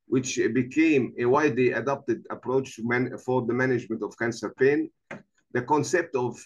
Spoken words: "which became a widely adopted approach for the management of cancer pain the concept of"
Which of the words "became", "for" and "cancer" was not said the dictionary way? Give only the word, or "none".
none